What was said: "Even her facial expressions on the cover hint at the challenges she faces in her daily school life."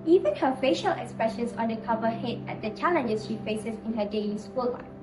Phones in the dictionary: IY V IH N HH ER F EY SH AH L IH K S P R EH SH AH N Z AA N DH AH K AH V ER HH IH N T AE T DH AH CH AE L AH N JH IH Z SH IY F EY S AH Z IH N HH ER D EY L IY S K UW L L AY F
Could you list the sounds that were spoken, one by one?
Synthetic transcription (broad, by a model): IY V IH N HH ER F EY SH AH L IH K S P R EH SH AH N S AA N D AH K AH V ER HH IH T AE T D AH CH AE L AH N JH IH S SH IY F EY S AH S IH N HH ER D EY L IY S K UW L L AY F